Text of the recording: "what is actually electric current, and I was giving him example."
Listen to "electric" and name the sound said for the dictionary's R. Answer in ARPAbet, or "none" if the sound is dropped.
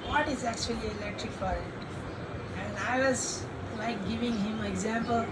R